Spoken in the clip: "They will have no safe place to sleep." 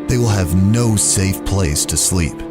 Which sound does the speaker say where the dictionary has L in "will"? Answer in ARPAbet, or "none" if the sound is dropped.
L